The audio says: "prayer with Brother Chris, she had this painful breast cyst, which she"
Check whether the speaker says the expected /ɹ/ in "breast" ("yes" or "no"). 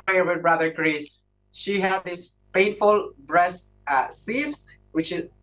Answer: yes